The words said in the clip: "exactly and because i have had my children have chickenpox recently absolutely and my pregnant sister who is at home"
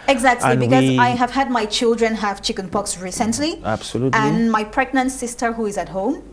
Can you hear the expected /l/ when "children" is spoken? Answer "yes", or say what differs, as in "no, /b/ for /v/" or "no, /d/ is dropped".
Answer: yes